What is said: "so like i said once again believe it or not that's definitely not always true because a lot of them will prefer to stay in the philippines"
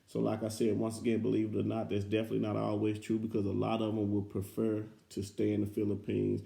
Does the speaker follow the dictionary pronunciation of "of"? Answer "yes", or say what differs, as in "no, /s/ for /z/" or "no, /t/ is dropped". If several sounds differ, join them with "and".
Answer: yes